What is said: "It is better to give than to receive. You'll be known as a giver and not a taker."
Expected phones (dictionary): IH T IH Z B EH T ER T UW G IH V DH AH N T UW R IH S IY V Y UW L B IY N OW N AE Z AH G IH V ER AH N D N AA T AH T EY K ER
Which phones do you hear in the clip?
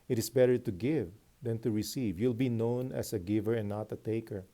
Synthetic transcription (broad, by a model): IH T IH S B EH T ER T UW G IH V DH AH N T UW R IH S IY V Y UW L B IY N OW N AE S AH G IH V ER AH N N AA T AH T EY K ER